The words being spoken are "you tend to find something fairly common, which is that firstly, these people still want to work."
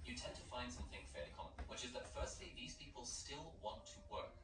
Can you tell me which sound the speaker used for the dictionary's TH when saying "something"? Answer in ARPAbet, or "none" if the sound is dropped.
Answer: TH